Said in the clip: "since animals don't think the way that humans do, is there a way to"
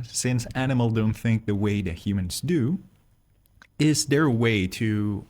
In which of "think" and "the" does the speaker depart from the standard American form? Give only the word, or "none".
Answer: none